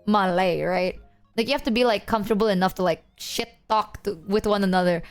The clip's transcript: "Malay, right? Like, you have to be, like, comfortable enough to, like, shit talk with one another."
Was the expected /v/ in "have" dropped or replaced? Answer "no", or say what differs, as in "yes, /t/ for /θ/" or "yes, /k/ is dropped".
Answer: yes, /f/ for /v/